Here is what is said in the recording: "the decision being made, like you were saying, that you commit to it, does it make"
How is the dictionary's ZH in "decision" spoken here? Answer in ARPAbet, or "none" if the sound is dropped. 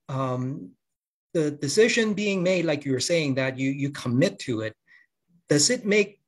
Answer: ZH